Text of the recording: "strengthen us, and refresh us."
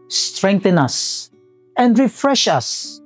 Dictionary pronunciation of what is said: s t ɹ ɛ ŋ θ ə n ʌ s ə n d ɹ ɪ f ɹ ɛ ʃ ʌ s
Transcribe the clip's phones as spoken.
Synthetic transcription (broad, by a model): s t ɹ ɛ ŋ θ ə n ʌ s ə n d ɹ ɪ f ɹ ɛ ʃ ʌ s